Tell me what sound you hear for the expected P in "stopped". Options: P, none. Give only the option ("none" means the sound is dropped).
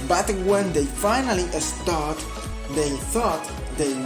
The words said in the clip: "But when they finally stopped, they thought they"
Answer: none